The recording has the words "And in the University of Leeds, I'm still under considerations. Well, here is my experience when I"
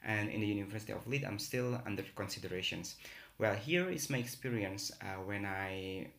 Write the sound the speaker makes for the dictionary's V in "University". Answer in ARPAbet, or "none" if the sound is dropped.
V